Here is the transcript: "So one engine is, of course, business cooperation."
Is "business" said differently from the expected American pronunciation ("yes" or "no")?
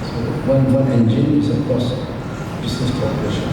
yes